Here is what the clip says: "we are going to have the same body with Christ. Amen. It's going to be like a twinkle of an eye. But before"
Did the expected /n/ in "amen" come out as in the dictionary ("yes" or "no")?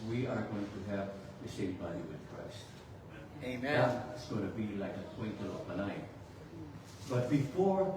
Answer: no